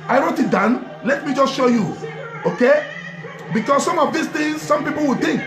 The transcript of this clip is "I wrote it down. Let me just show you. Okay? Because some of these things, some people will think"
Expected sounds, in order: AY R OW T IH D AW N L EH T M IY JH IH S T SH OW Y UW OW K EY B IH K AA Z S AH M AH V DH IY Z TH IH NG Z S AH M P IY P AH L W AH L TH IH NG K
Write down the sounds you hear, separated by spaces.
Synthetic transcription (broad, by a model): AY R OW T IH D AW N L EH T M IY JH IH S T SH OW Y UW OW K EY B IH K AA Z S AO M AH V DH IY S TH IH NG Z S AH M P IY P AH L W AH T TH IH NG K